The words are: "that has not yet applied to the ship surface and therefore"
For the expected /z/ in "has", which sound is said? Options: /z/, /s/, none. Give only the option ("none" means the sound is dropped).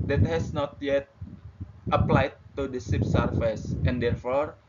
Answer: /s/